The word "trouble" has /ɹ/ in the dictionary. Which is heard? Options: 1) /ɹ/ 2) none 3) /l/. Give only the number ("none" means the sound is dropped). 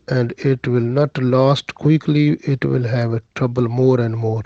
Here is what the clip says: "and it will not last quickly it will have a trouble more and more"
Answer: 1